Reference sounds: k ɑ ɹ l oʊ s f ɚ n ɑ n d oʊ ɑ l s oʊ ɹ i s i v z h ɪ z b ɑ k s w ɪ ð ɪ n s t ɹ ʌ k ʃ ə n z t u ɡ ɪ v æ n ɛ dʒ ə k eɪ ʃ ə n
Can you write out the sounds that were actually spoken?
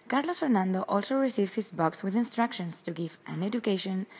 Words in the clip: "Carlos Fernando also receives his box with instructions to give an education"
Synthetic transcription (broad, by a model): k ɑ ɹ l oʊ s f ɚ n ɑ n d oʊ ɑ l s oʊ ɹ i s i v s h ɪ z b ɑ k s w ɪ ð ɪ n s t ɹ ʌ k ʃ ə n s t u ɡ ɪ v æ n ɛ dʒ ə k eɪ ʃ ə n